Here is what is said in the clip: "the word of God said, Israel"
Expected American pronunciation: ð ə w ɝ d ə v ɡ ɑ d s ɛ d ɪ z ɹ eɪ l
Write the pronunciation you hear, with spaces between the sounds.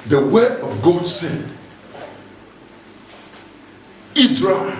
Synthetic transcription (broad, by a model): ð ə w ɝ ə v ɡ ɑ d s ɛ d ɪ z ɹ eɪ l